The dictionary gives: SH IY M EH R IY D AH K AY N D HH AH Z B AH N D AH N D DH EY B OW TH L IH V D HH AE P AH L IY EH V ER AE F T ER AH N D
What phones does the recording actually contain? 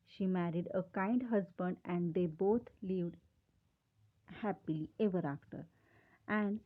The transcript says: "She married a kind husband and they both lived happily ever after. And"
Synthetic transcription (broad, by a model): SH IY M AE R IY D AH K AY N D HH AH Z B AH N D AH N D EY B OW T L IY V D HH AE P AH L IY EH V ER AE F T ER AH N D